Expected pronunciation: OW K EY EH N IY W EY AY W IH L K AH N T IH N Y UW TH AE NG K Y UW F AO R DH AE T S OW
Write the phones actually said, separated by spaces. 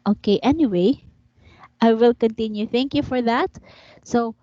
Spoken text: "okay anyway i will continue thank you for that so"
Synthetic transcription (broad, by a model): OW K EY EH N IY W EY AY W IH L K AH N T IH N Y UW TH AE NG K Y UW F AO R DH AE T S OW